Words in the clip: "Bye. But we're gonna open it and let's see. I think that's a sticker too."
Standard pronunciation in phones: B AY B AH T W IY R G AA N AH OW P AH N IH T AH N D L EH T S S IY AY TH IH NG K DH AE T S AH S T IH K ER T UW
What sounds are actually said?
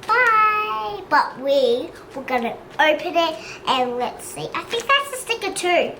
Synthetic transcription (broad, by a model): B AY B AH T W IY W G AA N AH OW P AH N IH T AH N L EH T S S IY AY TH IH NG K DH AE T S AH S T IH K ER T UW